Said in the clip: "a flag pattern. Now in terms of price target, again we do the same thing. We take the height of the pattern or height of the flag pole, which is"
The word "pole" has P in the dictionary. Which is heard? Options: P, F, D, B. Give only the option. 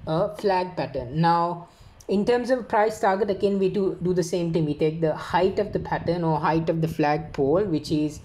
P